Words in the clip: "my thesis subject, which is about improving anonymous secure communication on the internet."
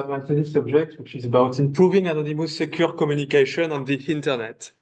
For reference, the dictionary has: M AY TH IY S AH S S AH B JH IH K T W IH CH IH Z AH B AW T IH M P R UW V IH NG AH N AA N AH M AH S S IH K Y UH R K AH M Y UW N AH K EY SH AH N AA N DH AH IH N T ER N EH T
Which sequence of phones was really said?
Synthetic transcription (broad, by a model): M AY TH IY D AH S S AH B ZH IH K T W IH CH IH Z AH B AW T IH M P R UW V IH NG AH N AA N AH M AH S S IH K Y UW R K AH M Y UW N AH K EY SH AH N AA N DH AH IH N T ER N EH T